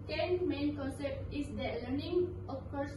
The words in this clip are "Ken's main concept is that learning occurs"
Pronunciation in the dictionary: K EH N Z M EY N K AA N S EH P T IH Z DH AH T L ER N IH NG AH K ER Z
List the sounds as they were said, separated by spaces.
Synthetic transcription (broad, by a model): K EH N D M EY N K AA N S EH P T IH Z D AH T L ER N IH NG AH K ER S